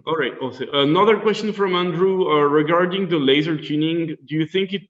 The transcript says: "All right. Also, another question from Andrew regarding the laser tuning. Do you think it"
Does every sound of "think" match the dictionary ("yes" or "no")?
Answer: yes